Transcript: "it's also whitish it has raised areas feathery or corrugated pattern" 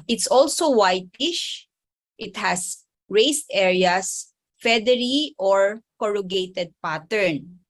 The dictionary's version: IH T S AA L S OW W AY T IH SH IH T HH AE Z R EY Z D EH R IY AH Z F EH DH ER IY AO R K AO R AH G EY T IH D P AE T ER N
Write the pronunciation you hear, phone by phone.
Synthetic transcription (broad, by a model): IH T S AA L S OW W AY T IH SH IH T HH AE S R EY S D EH R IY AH S F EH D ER IY AO R K AO R AH G EY T IH D P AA T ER N